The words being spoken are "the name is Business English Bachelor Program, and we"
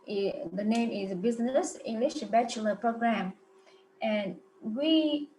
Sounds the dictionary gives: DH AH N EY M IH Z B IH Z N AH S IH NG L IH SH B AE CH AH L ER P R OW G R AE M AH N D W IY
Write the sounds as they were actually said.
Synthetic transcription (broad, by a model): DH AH N EY M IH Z B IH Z N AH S IH NG L IH SH B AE CH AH L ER P R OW G R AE M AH N W IY